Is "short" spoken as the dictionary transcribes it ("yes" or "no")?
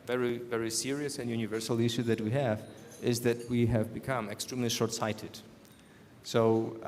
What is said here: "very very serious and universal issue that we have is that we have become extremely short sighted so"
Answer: yes